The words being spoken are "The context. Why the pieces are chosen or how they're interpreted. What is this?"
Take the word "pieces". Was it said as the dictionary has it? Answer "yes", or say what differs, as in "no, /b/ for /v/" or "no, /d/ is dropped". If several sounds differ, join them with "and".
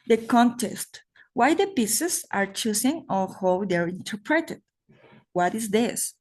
no, /s/ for /z/